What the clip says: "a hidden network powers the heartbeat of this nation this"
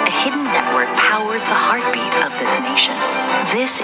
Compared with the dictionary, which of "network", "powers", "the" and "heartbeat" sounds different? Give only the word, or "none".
none